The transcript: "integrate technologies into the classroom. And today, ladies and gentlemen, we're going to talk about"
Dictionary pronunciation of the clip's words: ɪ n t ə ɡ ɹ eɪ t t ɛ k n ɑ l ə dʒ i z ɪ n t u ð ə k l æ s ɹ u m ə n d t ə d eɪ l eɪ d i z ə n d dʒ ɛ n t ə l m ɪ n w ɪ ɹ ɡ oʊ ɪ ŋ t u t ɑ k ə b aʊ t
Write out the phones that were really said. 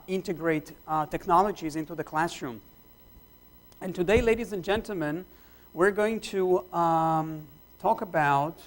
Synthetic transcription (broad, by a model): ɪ n t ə ɡ ɹ eɪ t t ɛ k n ɑ l ə dʒ i z ɪ n t u ð ə k l æ s ɹ u m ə n t ə d eɪ l eɪ d i z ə n dʒ ɛ n t l m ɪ n w ɪ ɹ ɡ oʊ ɪ ŋ t u t ɑ k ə b aʊ t